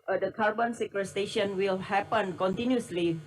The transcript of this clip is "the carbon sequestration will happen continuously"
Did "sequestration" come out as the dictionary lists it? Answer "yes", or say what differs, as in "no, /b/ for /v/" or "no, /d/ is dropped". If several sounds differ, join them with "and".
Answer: no, /ɹ/ is dropped